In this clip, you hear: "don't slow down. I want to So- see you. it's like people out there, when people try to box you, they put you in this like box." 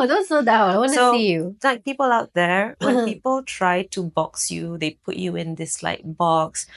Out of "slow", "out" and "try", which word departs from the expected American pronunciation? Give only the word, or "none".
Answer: slow